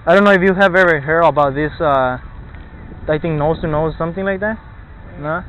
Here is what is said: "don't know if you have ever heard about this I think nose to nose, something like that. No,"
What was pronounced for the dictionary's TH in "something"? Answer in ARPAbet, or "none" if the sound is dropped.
TH